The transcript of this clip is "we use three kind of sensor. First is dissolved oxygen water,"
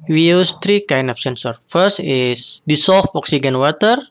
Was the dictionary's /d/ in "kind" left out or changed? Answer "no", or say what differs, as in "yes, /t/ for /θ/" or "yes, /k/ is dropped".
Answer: yes, /d/ is dropped